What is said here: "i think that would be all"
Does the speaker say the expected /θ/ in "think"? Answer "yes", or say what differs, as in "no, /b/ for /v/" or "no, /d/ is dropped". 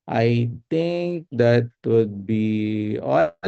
no, /t/ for /θ/